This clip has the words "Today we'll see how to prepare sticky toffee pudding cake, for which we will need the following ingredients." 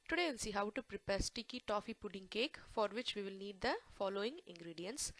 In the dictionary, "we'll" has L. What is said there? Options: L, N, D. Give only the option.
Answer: N